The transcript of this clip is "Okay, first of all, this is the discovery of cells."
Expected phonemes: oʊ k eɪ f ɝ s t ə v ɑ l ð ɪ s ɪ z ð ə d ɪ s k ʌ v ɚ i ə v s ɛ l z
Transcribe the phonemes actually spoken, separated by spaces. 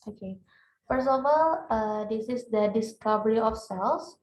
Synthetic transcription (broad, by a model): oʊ k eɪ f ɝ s ə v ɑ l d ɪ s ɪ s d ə d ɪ s k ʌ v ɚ i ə f s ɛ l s